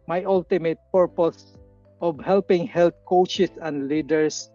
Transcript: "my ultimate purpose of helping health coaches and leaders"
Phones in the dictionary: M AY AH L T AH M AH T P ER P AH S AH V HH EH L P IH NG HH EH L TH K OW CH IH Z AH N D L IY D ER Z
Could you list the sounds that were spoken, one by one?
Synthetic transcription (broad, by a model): M AY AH L T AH M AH T P ER P AH S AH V HH EH L P IH NG HH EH L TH K OW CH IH S AH N D L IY D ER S